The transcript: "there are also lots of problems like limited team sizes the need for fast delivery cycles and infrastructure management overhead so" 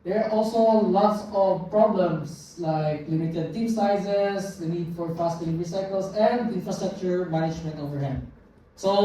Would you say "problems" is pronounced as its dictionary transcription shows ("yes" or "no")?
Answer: no